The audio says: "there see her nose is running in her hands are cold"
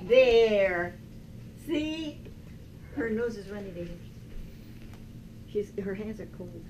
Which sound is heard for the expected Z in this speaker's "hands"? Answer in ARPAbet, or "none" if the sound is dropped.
Z